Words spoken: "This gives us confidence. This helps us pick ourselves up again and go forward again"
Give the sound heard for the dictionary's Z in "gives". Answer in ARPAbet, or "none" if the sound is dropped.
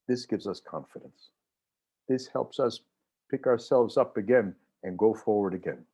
Z